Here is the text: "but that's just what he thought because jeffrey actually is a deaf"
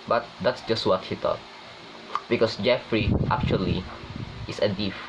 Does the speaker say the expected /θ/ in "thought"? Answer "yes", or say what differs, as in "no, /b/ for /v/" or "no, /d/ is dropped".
no, /t/ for /θ/